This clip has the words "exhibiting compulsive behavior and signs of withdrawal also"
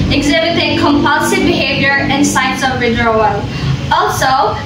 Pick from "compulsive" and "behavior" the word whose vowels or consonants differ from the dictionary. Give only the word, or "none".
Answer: none